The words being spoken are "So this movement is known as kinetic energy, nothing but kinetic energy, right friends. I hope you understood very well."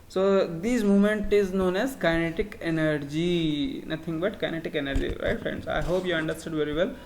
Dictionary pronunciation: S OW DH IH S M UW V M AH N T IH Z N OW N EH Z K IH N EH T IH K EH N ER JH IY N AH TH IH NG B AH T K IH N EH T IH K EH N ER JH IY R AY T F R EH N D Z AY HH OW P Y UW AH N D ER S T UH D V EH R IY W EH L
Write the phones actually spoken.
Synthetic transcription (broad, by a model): S OW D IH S M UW M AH N T IH Z N OW N EH Z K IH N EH T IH K EH N ER JH IY N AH T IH NG B AH T K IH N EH T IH K EH N ER JH IY R AY T F R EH N D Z AY HH OW P Y UW AH N D ER S T UH D V EH R IY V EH L